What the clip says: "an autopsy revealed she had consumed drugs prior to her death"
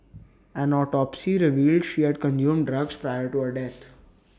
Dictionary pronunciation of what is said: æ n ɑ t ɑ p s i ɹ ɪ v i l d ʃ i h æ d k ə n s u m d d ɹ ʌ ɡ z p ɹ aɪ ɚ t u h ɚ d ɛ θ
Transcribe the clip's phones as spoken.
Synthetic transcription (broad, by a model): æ n ɑ t ɑ p s i ɹ ɪ v i l d ʃ i h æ d k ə n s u m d d ɹ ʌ ɡ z p ɹ aɪ ɚ t u h ɚ d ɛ t